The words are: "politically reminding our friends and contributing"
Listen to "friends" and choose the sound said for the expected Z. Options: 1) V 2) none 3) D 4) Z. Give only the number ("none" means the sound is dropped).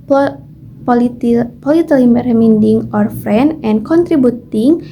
2